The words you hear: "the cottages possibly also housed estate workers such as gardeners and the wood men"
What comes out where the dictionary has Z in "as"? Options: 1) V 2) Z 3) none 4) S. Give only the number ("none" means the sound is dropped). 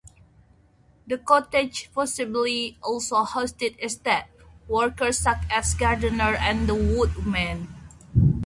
4